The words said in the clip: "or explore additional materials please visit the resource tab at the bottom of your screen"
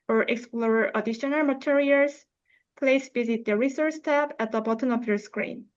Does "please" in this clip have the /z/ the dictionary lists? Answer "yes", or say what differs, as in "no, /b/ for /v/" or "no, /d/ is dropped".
no, /s/ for /z/